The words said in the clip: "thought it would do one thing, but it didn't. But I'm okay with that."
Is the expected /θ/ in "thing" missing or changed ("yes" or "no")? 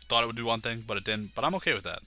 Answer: no